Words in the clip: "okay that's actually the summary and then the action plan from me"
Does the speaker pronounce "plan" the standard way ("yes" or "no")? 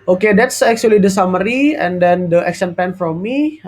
no